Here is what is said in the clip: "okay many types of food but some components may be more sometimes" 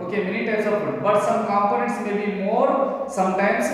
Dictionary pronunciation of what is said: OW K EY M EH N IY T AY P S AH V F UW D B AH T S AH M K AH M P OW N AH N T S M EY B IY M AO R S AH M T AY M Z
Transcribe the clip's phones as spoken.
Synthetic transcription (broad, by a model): OW K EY M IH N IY T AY S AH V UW B AH T S AH M K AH M P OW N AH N T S M EY B IY M AO R S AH M T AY M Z